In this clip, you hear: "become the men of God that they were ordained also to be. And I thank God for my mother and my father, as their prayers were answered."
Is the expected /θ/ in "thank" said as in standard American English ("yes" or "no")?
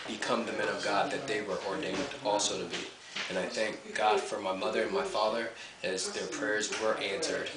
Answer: yes